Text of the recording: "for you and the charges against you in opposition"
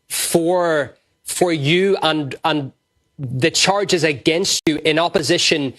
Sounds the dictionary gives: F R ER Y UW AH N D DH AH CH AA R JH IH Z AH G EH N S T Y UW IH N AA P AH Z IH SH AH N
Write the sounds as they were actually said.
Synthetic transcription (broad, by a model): F R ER Y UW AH N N DH AH CH AA R JH IH Z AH G EH N S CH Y IH N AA P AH Z IH SH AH N